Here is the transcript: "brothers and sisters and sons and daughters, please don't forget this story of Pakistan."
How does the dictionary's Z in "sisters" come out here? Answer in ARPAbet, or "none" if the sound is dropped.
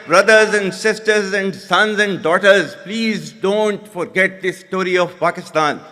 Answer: Z